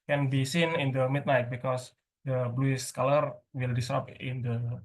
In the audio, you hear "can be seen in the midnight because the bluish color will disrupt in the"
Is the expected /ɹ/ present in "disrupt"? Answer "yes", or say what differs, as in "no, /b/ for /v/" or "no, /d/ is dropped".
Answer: no, /ɹ/ is dropped